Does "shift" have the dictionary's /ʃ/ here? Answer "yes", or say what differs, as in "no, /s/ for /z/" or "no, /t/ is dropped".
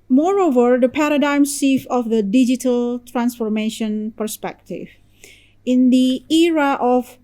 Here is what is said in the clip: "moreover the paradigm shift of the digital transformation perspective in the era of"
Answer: no, /s/ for /ʃ/